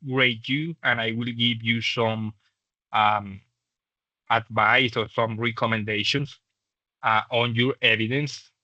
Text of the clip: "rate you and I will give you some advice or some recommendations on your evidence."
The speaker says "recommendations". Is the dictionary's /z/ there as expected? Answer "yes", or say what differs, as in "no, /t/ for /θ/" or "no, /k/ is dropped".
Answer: no, /s/ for /z/